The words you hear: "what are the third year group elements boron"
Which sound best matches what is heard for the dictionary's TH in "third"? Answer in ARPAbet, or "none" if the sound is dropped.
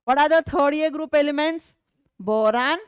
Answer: T